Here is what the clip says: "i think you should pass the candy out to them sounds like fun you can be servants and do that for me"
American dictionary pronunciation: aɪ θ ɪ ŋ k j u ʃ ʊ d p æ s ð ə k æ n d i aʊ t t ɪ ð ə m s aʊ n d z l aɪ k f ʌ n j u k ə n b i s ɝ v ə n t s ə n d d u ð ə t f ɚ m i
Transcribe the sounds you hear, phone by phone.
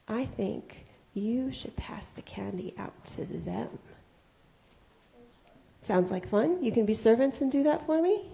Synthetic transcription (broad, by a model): aɪ θ ɪ ŋ k j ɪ ʃ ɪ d p æ s ð ə k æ n d i aʊ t t ɪ ð ə m s aʊ n d z l aɪ k f ʌ n j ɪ k ə n b i s ɝ v ə n t s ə n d d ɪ ð ə t f ɚ m i